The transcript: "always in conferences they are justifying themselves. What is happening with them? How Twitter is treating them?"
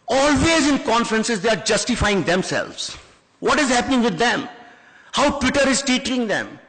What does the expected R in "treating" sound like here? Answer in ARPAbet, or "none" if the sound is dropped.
none